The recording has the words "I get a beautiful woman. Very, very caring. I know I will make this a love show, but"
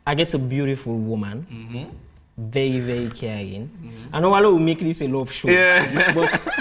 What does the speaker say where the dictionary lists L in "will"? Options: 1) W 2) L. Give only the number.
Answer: 1